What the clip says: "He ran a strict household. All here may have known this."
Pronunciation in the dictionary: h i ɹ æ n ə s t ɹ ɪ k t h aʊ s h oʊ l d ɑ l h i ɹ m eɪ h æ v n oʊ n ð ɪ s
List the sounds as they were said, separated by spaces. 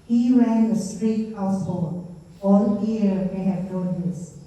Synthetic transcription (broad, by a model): h i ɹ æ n ə s t ɹ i t h aʊ s h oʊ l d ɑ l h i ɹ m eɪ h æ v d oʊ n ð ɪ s